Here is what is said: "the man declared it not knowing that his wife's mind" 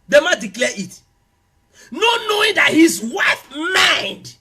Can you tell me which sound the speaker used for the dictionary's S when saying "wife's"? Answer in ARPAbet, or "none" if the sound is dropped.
none